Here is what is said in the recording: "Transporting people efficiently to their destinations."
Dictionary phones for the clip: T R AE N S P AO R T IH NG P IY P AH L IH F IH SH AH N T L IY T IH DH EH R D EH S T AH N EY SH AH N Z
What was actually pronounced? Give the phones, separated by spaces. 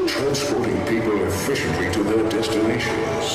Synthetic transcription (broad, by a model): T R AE N S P AO R T IH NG P IY P AH L IH F IH SH AH N T L IY T IH DH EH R D EH S T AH N EY SH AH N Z